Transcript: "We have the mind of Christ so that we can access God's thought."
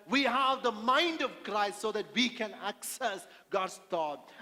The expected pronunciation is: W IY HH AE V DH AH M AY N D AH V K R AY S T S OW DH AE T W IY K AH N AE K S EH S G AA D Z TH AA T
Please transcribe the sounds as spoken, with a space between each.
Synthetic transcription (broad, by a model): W IY HH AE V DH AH M AY N D AH V K R AY S T S OW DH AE T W IY K AH N AE K S EH S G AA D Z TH AA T